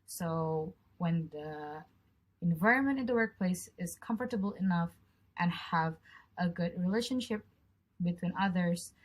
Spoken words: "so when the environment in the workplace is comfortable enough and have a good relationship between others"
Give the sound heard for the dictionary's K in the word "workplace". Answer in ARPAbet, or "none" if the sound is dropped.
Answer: K